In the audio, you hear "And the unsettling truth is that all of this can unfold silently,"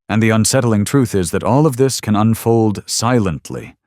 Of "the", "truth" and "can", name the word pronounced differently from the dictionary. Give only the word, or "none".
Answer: none